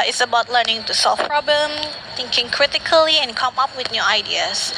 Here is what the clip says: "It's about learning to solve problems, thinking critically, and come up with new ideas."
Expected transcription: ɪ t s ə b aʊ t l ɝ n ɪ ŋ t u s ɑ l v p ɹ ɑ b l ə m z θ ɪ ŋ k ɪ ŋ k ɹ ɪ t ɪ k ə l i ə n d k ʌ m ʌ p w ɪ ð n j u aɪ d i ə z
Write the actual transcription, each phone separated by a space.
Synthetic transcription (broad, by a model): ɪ t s ə b aʊ t l ɝ n ɪ ŋ t u s ɑ l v p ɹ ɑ b l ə m θ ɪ ŋ k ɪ ŋ k ɹ ɪ t ɪ k ə l i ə n k ʌ m ʌ p w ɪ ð n j u aɪ d i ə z